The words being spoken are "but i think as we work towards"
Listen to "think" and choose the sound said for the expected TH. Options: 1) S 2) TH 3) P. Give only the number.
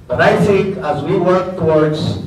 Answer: 1